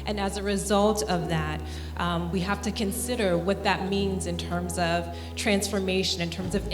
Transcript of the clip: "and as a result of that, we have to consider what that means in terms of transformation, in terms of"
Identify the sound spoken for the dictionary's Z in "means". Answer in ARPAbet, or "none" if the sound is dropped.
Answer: Z